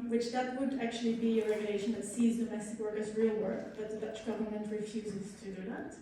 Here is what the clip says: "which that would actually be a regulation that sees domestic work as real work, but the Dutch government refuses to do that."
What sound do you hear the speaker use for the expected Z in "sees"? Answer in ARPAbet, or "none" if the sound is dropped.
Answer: Z